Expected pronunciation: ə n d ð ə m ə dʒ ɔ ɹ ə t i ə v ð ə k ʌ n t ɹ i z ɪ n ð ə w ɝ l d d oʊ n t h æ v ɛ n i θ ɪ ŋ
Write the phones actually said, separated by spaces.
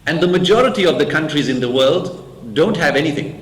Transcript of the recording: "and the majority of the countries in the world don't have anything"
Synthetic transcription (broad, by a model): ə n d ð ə m ə dʒ ɔ ɹ ə t i ə v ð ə k ʌ n t ɹ i z ɪ n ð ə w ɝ l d d oʊ n t h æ v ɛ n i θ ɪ ŋ